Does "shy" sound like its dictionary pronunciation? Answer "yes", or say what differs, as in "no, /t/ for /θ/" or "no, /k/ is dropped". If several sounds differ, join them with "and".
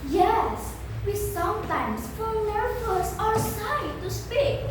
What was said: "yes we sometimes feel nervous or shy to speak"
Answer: no, /s/ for /ʃ/